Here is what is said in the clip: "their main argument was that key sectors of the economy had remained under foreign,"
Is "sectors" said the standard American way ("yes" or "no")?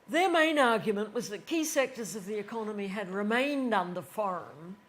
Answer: yes